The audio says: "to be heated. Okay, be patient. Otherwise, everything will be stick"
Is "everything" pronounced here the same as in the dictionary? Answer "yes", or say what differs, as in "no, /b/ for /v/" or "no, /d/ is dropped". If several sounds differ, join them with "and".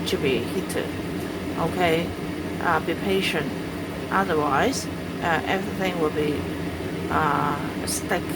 yes